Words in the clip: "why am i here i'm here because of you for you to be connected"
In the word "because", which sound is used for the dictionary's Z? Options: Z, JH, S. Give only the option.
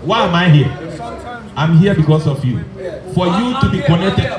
S